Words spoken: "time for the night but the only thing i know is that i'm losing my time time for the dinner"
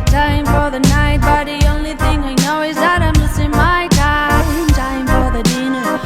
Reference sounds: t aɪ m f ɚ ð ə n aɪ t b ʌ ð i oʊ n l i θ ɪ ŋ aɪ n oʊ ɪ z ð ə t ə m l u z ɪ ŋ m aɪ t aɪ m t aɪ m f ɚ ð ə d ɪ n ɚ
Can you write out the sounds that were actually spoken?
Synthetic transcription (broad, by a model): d aɪ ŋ f ɚ ð ə n aɪ t b ʌ ð i oʊ n l i θ ɪ ŋ aɪ n oʊ ɪ z ð ə t ə m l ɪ s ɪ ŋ m aɪ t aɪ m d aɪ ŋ f ɚ ð ə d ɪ n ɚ